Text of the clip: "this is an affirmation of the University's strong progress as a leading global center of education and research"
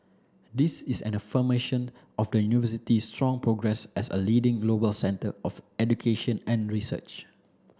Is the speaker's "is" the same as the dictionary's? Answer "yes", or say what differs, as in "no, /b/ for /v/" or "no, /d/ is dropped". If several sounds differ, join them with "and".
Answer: no, /s/ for /z/